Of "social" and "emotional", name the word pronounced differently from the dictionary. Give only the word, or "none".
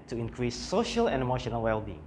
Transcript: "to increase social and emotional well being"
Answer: none